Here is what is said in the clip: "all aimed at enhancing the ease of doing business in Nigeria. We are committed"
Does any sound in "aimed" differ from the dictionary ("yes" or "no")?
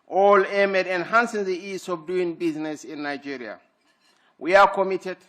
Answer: yes